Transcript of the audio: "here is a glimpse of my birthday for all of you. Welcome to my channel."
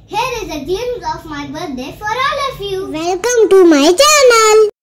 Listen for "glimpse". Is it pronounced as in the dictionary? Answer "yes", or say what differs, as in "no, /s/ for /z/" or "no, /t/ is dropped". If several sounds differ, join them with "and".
no, /l/ is dropped